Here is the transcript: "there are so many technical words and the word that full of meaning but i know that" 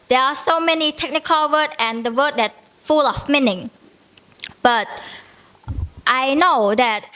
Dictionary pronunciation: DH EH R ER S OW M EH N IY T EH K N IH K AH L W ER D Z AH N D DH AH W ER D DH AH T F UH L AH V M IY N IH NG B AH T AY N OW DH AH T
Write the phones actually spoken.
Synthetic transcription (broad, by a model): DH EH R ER S OW M EH N IY T EH K N IH K AH L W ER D AH N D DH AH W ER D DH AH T F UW L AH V M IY N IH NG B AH T AY N OW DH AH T